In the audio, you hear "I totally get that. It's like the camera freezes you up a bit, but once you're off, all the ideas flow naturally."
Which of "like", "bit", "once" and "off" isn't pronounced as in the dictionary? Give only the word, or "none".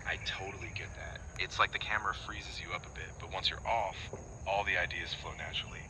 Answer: none